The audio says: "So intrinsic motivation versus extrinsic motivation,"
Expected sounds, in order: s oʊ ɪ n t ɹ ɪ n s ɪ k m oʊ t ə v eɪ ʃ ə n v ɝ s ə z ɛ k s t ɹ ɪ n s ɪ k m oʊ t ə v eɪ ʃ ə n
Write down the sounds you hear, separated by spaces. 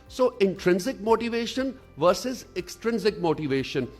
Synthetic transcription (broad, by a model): s oʊ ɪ n t ɹ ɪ n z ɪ k m oʊ t ə v eɪ ʃ ə n v ɝ s ə z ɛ k s t ɹ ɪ n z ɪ k m oʊ t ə v eɪ ʃ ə n